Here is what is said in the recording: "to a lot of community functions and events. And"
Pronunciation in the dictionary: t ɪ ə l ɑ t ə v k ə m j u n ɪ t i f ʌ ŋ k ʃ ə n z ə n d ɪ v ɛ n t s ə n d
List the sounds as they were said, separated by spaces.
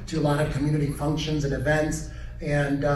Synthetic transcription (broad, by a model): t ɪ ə l ɑ t ə v k ə m j u n ɪ t i f ʌ ŋ k ʃ ə n z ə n ɪ v ɛ n t s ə n